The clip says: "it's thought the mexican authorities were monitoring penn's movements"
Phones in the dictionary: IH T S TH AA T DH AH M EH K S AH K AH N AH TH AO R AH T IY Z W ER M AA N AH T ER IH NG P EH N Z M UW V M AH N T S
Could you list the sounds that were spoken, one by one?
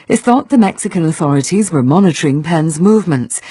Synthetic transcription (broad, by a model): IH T TH AA T DH AH M EH K S AH K AH N AH TH AO R AH T IY Z W ER M AA N AH T ER IH NG P EH N Z M UW V M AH N T S